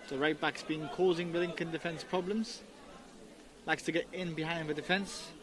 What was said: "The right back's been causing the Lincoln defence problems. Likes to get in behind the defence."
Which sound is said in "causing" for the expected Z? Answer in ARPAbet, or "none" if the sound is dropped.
Z